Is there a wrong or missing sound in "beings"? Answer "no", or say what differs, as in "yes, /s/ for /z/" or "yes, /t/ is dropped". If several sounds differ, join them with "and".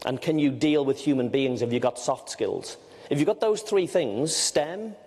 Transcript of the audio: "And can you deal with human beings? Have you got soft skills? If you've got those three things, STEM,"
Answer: no